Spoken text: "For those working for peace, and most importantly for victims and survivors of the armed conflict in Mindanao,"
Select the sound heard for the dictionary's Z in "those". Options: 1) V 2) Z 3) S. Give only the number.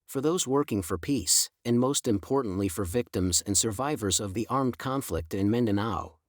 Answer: 2